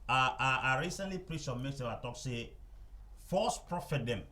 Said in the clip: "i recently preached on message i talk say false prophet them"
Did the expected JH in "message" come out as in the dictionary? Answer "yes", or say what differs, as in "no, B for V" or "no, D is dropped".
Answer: no, JH is dropped